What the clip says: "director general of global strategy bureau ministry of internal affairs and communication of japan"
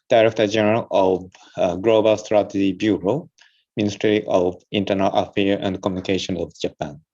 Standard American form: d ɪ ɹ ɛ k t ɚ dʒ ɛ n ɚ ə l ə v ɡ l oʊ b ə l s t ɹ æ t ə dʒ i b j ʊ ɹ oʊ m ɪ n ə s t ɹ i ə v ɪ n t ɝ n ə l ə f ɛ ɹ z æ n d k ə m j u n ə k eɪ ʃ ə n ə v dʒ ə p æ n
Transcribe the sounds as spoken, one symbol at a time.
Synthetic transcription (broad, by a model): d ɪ ɹ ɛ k t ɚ dʒ ɛ n ɚ ə l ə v ɡ l oʊ b ə l s t ɹ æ t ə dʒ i b j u ɹ oʊ m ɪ n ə s t ɹ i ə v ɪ n t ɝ n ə l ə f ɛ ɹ æ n d k ə m j u n ə k eɪ ʃ ə n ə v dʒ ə p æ n